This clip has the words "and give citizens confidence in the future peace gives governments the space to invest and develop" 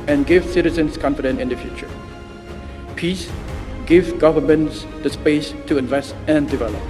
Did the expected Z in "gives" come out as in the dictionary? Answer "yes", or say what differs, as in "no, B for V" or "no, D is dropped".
no, Z is dropped